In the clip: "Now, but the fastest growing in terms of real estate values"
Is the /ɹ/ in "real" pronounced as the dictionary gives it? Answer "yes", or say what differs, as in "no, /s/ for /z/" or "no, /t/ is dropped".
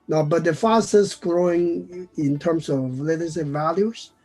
no, /l/ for /ɹ/